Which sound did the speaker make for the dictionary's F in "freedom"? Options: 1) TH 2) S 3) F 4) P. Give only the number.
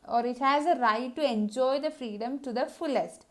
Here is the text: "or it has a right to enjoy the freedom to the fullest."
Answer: 3